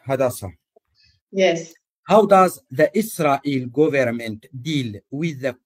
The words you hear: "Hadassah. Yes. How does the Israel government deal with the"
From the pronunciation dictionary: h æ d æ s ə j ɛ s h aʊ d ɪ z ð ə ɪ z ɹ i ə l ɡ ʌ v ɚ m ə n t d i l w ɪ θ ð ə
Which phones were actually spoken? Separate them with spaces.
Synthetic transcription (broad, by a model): h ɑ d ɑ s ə j ɛ s h aʊ d ɪ z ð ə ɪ s ɹ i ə l ɡ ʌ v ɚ m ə n t d i l w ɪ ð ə